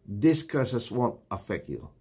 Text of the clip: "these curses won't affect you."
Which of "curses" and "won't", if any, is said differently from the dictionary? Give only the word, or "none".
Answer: curses